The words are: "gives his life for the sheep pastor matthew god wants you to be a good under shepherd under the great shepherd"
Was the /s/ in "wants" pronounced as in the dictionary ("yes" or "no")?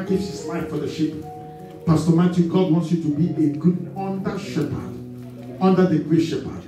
yes